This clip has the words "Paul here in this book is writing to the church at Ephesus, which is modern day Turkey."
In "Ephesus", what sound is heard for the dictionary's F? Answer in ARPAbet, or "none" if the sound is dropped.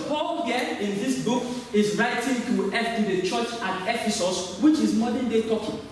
F